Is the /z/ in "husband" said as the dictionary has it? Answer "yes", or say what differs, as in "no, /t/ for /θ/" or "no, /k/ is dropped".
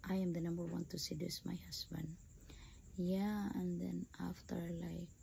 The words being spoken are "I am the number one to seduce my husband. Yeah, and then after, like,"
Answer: no, /s/ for /z/